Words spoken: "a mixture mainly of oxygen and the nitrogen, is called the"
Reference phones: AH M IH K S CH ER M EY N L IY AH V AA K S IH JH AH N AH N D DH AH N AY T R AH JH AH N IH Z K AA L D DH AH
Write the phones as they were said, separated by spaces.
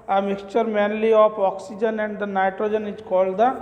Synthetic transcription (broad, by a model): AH M IH K S CH ER M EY N L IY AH P AA K S IH JH AH N AH N D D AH N AY T R AH JH AH N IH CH K AA L D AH